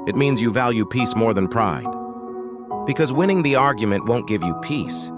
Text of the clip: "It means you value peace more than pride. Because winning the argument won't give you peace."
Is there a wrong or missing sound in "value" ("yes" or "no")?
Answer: no